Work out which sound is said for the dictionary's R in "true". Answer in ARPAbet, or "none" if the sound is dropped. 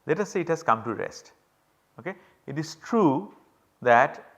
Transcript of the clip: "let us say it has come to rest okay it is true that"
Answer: R